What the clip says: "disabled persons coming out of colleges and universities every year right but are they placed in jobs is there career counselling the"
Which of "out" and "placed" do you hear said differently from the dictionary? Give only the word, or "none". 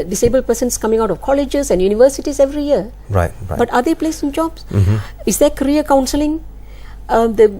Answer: placed